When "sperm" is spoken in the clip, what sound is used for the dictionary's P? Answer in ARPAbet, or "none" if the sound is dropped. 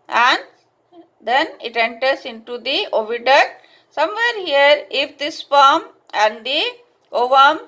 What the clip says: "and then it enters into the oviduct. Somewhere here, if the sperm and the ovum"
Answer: F